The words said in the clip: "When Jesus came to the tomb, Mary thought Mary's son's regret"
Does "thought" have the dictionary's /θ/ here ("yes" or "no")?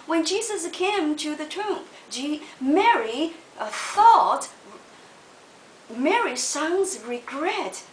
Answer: yes